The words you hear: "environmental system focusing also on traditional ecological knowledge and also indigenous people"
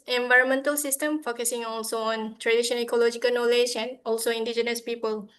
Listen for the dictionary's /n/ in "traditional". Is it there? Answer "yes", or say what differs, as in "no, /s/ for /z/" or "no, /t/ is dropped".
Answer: no, /n/ is dropped